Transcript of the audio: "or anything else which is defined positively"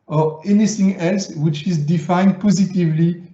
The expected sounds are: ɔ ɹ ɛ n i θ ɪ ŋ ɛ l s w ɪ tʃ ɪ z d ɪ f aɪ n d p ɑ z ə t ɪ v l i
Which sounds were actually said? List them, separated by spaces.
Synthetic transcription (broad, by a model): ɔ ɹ ɛ n i θ ɪ ŋ ɛ l s w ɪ tʃ ɪ z d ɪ f aɪ n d p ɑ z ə t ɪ v l i